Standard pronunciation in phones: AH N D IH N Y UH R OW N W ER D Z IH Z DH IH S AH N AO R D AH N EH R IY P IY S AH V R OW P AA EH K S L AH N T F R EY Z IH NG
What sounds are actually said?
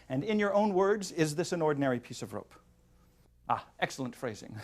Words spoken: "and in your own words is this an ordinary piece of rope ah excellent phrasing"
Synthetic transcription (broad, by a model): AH N IH N Y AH R OW N W ER D Z IH Z DH IH S AH N AO R D N EH R IY P IY S AH V R OW P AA EH K S L AH N T F R EY Z IH NG